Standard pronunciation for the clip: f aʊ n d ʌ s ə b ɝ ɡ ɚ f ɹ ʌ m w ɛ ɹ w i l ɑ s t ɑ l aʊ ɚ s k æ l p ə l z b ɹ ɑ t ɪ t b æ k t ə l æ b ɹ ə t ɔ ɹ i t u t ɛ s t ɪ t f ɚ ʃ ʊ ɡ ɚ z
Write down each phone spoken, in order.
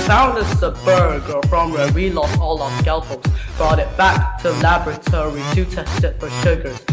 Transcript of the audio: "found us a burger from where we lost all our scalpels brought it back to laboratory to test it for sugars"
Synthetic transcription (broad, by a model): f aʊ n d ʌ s ə b ɝ ɡ ɚ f ɹ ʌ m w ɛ w i l ɑ s t ɑ l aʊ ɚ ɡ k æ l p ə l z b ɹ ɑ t ɪ t b æ k t ə l æ b ɹ ə t ɔ ɹ i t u t ɛ s t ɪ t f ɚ ʃ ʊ ɡ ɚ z